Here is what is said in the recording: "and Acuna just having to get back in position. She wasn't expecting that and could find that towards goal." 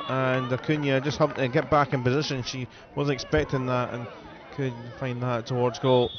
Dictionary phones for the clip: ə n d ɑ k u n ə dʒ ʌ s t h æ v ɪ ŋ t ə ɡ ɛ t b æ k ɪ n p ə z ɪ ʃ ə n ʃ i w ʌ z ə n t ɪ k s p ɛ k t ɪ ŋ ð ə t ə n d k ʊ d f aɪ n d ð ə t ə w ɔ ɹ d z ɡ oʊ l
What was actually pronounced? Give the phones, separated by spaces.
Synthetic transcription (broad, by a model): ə n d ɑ k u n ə dʒ ʌ s t h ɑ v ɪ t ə ɡ ɛ t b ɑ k ɪ n p ə z ɪ ʃ ə n ʃ i w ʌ z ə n ɪ k s p ɛ k t ɪ ŋ ð ə t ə n k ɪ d f aɪ n ð ə t ə w ɔ ɹ d z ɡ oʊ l